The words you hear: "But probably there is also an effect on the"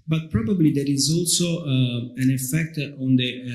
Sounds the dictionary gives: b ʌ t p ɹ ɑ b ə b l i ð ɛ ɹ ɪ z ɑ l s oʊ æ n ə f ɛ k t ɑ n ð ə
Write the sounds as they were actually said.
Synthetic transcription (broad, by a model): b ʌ t p ɹ ɑ b ə b l i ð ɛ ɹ ɪ z ɑ l s oʊ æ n ə f ɛ k t ɑ n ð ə